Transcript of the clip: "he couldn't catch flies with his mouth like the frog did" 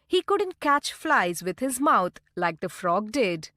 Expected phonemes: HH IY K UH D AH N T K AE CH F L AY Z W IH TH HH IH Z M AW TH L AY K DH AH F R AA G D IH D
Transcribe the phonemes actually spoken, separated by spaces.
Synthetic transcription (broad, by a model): HH IY K UH D AH N T K AE CH F L AY Z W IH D HH IH Z M AW T L AY K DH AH F R AA G D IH D